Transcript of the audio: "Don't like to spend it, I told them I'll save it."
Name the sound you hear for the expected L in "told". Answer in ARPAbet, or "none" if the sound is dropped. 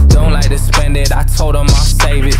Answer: L